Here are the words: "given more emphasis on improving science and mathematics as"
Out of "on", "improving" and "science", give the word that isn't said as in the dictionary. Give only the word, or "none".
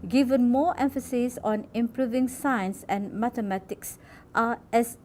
none